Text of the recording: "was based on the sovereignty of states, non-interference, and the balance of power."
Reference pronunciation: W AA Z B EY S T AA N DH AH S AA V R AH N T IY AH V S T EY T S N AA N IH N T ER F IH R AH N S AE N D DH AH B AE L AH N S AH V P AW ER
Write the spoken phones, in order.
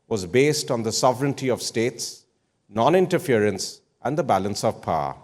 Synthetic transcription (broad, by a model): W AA Z B EY S T AA N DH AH S AA V R AH N T IY AH V S T EY T S N AA N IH N T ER F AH R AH N S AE N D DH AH B AE L AH N S AH V P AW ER